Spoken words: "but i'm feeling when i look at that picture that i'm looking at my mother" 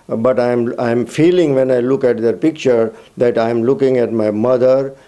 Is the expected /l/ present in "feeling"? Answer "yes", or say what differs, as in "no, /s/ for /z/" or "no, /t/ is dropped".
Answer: yes